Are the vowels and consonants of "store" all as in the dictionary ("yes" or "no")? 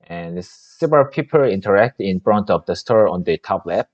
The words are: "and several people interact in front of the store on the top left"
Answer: yes